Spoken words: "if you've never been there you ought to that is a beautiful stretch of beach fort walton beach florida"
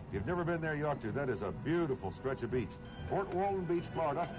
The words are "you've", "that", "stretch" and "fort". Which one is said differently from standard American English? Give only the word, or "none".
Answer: fort